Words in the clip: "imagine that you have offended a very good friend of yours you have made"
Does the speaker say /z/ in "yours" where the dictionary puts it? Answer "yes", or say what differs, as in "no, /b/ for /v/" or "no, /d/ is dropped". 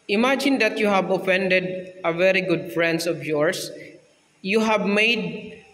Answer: no, /s/ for /z/